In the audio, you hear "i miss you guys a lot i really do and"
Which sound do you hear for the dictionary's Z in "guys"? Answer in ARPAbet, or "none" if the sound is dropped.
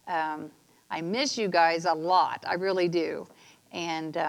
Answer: Z